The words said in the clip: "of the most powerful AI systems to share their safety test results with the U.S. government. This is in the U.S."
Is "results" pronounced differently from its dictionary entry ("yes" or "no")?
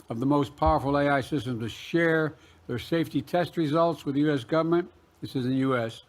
no